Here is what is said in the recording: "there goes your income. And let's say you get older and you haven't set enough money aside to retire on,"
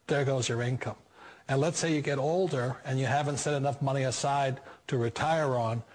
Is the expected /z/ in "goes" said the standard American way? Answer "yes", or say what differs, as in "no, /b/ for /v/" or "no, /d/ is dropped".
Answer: yes